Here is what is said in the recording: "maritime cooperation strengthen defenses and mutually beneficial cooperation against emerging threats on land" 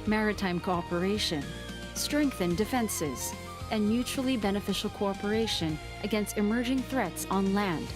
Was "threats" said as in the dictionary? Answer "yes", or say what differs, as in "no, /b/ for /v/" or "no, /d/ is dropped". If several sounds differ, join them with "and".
yes